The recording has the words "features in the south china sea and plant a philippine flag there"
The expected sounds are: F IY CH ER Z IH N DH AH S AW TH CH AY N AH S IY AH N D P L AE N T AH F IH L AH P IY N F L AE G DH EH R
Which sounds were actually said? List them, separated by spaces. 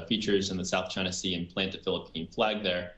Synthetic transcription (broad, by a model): F IY CH ER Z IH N DH AH S AW TH CH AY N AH S IY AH N P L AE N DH AH F IH L AH P IY N F L AE G DH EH R